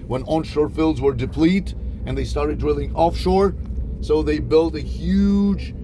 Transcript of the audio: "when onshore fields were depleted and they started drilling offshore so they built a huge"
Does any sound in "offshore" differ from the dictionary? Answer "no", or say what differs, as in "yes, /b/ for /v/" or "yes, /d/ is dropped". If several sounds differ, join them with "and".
no